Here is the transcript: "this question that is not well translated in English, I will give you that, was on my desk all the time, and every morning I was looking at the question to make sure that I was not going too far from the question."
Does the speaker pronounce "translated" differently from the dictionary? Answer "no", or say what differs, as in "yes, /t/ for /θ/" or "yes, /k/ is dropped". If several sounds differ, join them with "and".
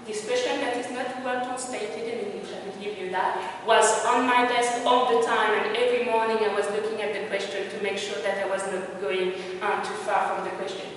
yes, /ɹ/ is dropped